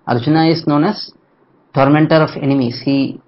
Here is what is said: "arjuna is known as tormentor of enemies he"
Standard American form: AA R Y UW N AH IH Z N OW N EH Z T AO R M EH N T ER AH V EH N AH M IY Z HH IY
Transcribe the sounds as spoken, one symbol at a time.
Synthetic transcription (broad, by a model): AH R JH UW N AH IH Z N OW N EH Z T AO R M EH N T ER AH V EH N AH M IY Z HH IY